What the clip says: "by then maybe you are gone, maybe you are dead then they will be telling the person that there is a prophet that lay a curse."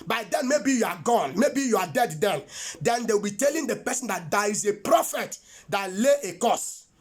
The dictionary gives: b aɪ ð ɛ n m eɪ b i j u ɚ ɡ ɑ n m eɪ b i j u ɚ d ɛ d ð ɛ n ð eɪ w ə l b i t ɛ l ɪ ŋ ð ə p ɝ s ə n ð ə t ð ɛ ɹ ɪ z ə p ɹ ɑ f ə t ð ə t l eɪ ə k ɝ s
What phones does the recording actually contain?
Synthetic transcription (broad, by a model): b aɪ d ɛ n m eɪ b i j u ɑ ɡ ɑ n m eɪ b i j u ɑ d ɛ d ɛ n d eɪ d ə w b i t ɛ l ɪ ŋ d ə p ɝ s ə n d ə t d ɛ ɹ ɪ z ə p ɹ ɑ f ə t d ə t l eɪ ə k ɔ s